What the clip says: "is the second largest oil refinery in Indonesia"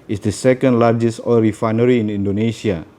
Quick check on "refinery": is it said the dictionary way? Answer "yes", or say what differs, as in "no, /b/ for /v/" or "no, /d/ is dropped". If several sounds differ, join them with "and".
yes